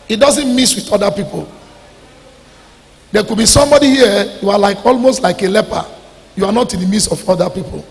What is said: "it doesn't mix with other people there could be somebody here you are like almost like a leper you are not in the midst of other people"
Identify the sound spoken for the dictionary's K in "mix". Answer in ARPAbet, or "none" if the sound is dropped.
none